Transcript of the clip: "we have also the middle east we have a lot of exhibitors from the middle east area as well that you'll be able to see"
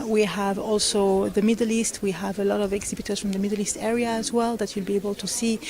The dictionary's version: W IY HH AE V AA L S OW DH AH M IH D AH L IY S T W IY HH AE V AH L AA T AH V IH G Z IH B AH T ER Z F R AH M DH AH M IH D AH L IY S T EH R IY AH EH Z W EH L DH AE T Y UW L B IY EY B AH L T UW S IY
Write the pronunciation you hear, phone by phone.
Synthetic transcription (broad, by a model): W IY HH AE V AA L S OW DH AH M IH D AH L IY S T W IY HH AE V AH L AA T AH V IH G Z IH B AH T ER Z F R AH M DH AH M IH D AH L IY S T EH R IY AH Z W EH L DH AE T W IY L B IY EY B AH L T UW S IY